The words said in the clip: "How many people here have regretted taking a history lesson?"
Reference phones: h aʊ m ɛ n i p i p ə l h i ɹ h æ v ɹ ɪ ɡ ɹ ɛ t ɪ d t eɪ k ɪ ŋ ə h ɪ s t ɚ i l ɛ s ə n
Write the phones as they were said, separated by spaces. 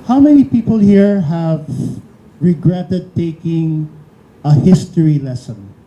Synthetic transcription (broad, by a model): h aʊ m ɛ n i p i p ə l h i ɹ h æ v ɹ ɪ ɡ ɹ ɛ t ɪ d t eɪ k ɪ ŋ ə h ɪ s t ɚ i l ɛ s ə n